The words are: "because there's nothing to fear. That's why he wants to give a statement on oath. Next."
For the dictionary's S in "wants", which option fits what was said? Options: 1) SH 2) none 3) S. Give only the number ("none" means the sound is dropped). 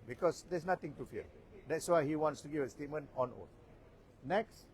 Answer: 3